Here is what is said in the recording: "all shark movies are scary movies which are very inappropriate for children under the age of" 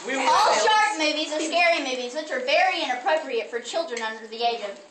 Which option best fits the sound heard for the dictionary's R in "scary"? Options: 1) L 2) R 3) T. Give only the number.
2